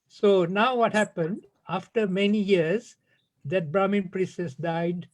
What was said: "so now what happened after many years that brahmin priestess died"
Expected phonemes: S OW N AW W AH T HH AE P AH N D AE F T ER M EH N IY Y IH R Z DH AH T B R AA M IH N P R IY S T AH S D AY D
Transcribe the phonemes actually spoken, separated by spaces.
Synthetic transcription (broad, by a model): S OW N AW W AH T HH AE P AH N D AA F T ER M EH N IY Y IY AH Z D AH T B R AA M IH N P R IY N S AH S D AY D